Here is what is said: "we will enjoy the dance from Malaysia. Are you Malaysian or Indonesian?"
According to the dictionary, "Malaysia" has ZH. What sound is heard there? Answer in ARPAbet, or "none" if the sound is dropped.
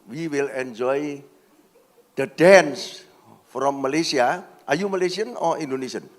S